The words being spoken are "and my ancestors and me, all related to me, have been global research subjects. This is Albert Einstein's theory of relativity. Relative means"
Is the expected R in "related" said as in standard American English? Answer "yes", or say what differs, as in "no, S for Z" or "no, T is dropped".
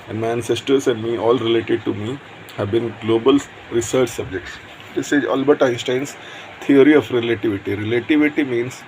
yes